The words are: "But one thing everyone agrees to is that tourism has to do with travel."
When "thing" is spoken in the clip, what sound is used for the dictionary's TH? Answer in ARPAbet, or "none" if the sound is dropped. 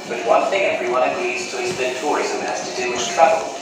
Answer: TH